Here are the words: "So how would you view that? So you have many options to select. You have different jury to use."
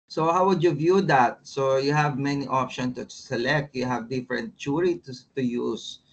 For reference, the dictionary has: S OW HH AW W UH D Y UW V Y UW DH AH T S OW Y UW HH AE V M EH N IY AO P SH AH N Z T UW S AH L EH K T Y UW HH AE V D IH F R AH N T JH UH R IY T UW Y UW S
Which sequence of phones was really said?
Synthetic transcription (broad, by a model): S OW HH AW W UH D Y UW V Y UW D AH T S OW Y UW HH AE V M EH N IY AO P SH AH N S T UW S AH L EH K T Y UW HH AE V D IH F R AH N T CH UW R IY T UW Y UW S